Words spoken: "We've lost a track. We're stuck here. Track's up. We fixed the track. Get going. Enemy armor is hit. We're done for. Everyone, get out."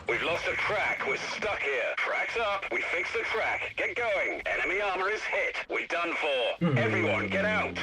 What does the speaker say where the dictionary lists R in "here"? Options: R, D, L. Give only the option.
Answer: R